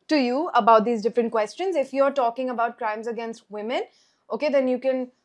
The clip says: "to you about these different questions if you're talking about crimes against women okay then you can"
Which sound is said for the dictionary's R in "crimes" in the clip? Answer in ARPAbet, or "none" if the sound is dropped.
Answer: R